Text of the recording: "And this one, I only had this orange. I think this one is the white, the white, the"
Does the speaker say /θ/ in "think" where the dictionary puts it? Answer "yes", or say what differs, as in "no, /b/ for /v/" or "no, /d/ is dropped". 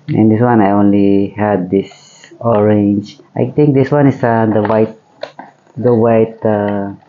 no, /t/ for /θ/